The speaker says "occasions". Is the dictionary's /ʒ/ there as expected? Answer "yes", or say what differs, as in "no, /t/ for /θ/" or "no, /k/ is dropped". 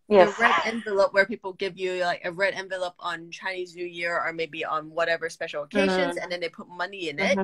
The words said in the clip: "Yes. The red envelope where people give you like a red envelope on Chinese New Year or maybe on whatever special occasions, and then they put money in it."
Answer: yes